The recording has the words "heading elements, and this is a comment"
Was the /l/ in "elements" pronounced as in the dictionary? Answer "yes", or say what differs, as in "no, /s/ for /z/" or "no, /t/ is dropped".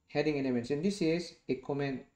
no, /n/ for /l/